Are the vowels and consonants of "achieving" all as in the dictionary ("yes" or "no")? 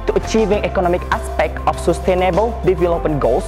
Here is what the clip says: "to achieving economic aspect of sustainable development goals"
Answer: yes